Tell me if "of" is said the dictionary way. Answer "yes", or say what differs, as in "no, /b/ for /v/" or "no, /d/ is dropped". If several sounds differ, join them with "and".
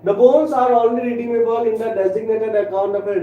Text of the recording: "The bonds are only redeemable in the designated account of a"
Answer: no, /b/ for /v/